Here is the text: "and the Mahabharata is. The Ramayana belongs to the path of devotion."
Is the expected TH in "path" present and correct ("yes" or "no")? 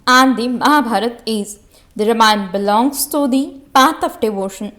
no